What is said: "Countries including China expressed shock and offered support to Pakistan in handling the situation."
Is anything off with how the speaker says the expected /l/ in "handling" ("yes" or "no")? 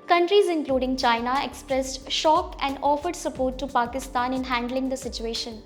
no